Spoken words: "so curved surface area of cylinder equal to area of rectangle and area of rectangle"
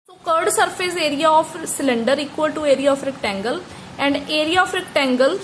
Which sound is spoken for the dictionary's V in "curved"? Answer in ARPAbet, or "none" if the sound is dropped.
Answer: none